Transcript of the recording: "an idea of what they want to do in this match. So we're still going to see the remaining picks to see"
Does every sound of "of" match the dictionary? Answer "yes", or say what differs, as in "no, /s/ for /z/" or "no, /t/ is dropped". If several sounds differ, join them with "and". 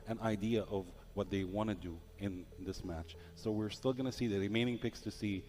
yes